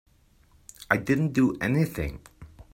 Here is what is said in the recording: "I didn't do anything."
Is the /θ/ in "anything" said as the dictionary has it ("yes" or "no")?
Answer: yes